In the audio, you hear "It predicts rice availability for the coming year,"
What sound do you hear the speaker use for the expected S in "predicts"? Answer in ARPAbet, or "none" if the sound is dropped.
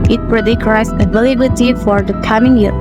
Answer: none